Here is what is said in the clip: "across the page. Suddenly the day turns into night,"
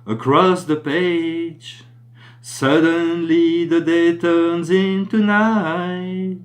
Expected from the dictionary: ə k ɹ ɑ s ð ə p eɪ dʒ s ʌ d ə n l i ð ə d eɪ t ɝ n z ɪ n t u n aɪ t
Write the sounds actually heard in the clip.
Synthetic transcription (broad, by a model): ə k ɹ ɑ s ð ə p eɪ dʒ s ʌ d ə n l i ð ə d eɪ t ɝ n z ɪ n t u n aɪ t